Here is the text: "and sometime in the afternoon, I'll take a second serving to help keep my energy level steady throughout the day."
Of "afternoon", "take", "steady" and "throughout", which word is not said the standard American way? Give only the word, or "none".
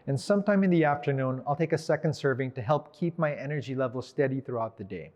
none